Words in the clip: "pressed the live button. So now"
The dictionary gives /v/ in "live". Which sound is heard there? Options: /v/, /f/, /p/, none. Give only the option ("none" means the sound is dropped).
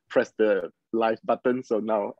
/f/